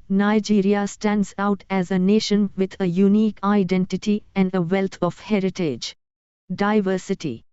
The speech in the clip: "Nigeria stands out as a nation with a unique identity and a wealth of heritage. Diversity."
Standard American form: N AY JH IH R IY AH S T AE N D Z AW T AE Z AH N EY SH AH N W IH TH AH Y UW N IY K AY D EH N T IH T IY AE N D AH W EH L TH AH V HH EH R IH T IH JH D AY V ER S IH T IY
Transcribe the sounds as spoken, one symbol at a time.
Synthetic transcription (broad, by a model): N AY JH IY R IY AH S T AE N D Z AW T AE Z AH N EY SH AH N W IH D AH Y UW N IY K AY D EH N T IH T IY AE N D AH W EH L T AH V HH EH R IH T IH JH D AY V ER S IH T IY